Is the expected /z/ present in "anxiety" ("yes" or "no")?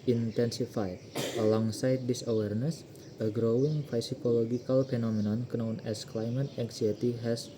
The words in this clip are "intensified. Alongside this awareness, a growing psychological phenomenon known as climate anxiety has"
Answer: no